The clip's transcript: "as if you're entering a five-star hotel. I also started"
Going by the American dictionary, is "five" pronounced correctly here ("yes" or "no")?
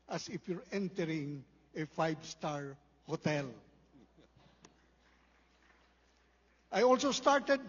no